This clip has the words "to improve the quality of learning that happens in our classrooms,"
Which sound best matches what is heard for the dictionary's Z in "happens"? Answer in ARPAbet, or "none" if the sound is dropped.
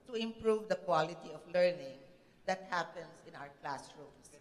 S